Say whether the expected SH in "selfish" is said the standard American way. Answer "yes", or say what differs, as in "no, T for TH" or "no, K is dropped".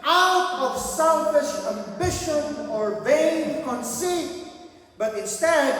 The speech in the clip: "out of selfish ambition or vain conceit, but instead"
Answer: yes